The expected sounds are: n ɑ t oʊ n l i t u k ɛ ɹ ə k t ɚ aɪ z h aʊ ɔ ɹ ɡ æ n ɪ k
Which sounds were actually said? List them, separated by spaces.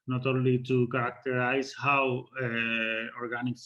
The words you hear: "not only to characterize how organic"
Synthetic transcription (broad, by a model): n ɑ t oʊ l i t u k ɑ ɹ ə k t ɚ aɪ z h aʊ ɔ ɹ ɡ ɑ n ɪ k